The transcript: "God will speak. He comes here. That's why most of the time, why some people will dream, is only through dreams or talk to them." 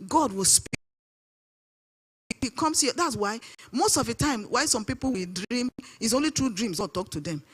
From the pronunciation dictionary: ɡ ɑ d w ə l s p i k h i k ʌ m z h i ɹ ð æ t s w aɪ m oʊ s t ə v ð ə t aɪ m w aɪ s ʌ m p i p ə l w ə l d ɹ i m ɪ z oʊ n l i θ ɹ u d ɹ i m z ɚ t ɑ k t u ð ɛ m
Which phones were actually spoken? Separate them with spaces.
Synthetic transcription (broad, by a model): ɡ ɑ d w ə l s p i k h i k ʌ m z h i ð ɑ t s w aɪ m oʊ s t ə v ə t aɪ m w aɪ s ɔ m p i p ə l w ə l d ɹ i m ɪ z oʊ n l i t ɹ u d ɹ i m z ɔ t ɑ k t u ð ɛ m